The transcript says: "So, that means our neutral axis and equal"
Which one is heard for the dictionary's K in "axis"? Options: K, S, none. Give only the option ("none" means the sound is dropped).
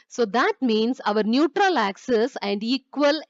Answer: K